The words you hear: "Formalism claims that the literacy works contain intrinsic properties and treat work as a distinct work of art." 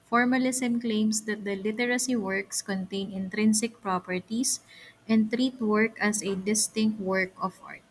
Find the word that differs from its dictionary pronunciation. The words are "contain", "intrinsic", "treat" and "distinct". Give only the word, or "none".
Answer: none